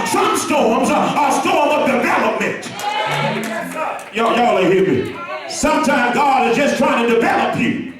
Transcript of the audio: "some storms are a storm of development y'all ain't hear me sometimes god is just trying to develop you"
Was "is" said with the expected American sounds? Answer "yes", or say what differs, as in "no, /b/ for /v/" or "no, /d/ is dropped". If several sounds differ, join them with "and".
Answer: yes